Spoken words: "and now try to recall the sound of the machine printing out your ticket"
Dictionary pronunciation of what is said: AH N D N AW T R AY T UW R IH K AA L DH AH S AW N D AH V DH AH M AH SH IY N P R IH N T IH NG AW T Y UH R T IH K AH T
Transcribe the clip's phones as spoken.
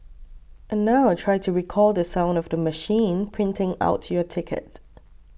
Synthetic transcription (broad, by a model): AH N N AW T R AY T UW R IH K AA L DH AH S AW N D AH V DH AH M AH SH IY N P R IH N T IH NG AW T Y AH T IH K AH T